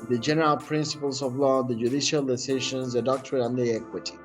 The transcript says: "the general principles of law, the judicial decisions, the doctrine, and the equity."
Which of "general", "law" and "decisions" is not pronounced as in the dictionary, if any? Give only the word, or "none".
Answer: decisions